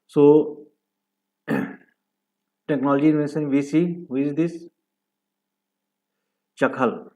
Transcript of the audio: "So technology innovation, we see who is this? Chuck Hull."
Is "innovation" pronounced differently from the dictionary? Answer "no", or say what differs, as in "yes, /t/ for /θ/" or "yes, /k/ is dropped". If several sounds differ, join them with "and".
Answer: yes, /s/ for /ʃ/